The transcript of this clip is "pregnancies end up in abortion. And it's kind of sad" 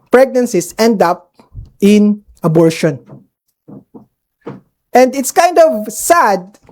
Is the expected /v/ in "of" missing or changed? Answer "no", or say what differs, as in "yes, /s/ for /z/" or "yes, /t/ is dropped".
no